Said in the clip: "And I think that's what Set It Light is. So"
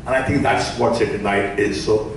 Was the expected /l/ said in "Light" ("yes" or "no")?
no